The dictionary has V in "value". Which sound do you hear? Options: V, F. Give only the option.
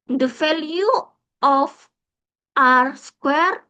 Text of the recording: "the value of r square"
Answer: F